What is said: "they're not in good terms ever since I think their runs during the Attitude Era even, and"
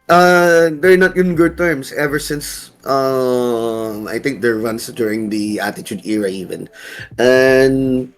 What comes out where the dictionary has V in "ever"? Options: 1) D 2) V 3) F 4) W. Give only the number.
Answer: 2